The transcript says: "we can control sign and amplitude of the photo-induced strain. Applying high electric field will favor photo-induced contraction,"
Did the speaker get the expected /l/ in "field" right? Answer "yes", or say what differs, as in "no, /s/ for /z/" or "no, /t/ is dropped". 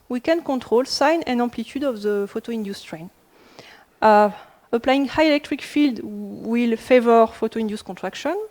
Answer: yes